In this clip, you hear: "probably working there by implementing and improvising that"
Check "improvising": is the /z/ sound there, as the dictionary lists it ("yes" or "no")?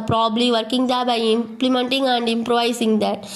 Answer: no